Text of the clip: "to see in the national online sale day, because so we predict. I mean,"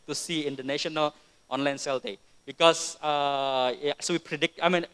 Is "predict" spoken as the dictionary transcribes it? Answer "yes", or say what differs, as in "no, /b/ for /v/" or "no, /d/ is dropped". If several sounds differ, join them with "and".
yes